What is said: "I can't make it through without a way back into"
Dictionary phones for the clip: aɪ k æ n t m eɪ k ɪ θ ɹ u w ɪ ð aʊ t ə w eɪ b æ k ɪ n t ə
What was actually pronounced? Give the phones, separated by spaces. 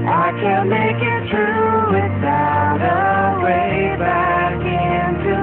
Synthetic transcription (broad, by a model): aɪ k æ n m eɪ k ɪ t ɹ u w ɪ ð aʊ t ə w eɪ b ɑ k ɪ n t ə